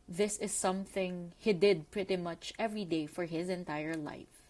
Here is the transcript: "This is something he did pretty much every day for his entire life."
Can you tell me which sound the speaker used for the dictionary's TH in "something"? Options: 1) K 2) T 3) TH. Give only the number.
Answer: 3